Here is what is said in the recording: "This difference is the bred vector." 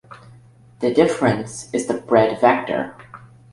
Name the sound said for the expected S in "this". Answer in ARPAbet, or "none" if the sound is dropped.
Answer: none